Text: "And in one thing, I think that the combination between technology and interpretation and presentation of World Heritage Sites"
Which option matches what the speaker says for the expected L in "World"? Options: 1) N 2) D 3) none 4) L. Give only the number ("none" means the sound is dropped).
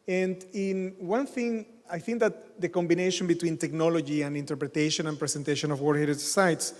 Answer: 3